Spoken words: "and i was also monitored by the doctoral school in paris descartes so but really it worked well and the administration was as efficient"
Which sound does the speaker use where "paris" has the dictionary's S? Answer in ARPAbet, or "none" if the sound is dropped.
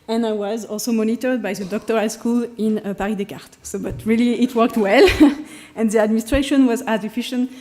none